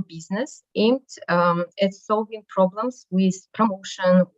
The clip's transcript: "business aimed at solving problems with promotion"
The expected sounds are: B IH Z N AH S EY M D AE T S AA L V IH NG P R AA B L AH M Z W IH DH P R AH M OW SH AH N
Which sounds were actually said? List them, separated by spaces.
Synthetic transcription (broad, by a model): B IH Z N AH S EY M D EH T S AA L V IH NG P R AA B L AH M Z W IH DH P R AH M OW SH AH N